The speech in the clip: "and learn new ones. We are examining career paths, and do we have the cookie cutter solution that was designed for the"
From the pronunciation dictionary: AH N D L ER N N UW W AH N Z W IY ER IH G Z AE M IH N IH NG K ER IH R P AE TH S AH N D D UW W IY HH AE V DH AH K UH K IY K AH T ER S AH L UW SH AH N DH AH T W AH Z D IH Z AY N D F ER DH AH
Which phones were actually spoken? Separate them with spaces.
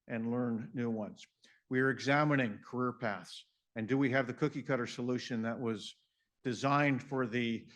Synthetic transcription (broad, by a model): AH N L ER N N UW W AH N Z W IY ER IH G Z AE M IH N IH NG K ER IH R P AE TH S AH N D D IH W IY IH V DH AH K UH K IY K AH T ER S AH L UW SH AH N DH AH T W AH Z D IH Z AY N D F ER DH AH